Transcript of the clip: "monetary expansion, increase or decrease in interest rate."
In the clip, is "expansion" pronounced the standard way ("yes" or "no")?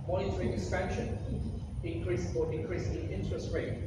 no